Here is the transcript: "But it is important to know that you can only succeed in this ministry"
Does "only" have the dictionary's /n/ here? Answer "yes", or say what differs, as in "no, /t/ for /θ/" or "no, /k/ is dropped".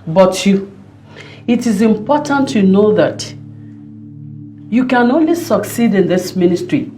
yes